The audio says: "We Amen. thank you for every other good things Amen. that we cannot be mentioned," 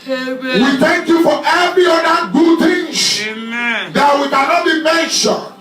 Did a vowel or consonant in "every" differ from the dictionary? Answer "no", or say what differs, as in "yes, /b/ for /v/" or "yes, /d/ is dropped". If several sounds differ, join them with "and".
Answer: yes, /ɹ/ is dropped